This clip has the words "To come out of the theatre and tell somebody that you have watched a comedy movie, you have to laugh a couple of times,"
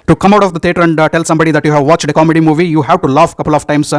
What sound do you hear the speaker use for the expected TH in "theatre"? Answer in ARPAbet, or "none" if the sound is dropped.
T